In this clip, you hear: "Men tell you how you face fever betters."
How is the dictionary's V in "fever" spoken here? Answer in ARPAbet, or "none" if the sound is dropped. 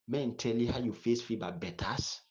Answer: B